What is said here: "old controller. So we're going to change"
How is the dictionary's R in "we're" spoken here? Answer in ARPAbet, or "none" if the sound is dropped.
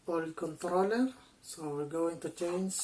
L